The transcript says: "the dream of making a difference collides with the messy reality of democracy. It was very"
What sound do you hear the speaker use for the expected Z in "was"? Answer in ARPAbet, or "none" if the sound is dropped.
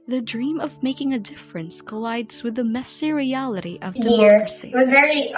Z